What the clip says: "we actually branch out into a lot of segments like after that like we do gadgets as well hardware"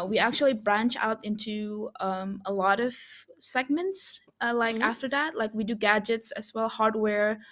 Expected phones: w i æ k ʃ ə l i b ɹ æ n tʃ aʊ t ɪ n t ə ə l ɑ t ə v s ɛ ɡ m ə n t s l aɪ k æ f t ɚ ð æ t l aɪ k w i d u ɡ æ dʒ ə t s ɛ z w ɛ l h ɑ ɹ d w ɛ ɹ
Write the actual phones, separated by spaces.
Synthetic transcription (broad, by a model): w i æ k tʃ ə l i b ɹ æ n tʃ aʊ t ɪ n t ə ə l ɑ t ə v s ɛ ɡ m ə n t s l aɪ k æ f t ɚ ð æ t l aɪ k w i d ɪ ɡ æ dʒ ə t s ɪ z w ɛ l h ɑ ɹ d w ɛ ɹ